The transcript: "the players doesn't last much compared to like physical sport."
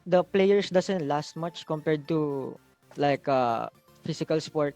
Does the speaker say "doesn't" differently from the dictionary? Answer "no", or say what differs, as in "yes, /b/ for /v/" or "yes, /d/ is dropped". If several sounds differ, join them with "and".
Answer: yes, /s/ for /z/